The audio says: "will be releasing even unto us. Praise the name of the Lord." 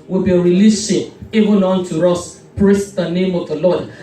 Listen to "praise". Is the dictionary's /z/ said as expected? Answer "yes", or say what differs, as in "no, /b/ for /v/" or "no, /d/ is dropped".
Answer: no, /s/ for /z/